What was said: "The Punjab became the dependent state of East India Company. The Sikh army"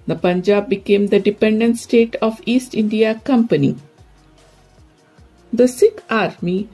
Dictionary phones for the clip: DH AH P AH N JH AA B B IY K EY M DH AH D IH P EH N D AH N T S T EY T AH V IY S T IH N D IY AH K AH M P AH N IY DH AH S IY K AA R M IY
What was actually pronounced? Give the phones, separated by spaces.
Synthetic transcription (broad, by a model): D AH P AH N JH AA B B IY K EY M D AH D IH P EH N D AH N T S T EY T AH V IY S T IH N D IY AH K AH M P AH N IY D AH S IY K AA R M IY